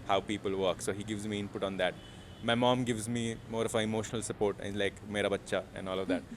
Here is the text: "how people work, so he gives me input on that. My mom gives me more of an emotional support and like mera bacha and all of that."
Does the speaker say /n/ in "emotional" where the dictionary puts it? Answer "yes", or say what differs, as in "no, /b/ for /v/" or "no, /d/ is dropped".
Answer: yes